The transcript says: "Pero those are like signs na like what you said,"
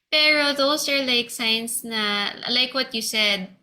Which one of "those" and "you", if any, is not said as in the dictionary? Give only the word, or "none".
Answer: those